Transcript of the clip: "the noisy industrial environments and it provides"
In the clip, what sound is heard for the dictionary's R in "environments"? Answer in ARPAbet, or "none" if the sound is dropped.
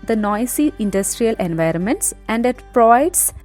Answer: R